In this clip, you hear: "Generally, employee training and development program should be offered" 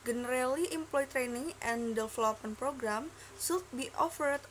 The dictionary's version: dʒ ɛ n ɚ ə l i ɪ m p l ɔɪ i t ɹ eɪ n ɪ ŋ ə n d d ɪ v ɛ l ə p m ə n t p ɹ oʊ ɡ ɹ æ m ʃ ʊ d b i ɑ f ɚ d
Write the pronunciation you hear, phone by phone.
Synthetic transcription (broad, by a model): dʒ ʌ n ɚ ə l i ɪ m p l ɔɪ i t ɹ eɪ n ɪ ŋ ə n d d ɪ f l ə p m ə n p ɹ oʊ ɡ ɹ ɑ m s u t b i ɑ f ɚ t